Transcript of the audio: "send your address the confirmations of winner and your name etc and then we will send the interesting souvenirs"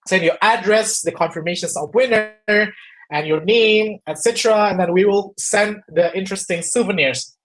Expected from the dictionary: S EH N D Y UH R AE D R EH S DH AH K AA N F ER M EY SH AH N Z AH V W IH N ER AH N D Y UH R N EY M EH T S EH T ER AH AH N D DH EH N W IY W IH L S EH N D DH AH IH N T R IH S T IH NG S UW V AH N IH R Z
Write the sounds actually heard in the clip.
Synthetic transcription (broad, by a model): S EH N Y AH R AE D R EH S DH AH K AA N F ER M EY SH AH N S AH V W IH N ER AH N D Y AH R N EY M EH T S EH T ER AH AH N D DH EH N W IY W IH L S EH N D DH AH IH N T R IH S T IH NG S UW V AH N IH R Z